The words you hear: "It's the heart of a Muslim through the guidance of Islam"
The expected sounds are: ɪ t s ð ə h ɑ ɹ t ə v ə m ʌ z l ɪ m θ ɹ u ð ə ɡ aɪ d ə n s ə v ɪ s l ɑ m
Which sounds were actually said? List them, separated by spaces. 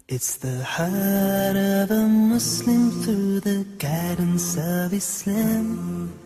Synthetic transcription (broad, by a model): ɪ t s ð ə h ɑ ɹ t ə v ə m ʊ s l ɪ m θ ɹ u ð ə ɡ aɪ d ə n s ə v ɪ s l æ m